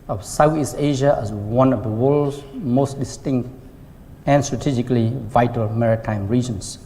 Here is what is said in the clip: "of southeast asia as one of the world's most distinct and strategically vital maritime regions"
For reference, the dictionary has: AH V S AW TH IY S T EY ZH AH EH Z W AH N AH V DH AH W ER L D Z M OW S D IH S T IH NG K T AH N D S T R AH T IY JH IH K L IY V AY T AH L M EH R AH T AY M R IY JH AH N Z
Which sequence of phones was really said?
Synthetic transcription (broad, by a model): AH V S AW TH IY S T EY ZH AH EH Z W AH N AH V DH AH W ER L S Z M OW S D IH S T IH NG K T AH N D S T R AH T IY JH IH K L IY V AY T AH L M EH R AH T AY M R IY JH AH N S